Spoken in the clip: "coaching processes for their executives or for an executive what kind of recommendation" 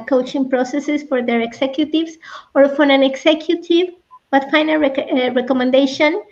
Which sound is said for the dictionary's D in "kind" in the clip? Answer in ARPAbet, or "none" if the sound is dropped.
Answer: none